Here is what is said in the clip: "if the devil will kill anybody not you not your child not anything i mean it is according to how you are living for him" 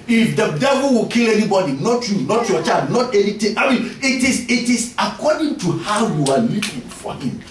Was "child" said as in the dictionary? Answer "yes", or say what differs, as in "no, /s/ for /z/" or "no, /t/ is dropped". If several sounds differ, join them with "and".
no, /l/ is dropped